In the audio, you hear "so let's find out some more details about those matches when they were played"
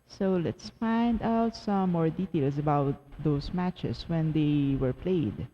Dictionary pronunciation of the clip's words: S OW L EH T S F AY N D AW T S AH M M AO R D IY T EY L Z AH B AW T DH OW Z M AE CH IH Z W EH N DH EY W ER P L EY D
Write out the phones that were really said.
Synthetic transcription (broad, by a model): S OW L EH T S F AY N D AW T S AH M M AO R D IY T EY L S AH B AW T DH OW S M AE CH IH S W EH N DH EY W ER P L EY D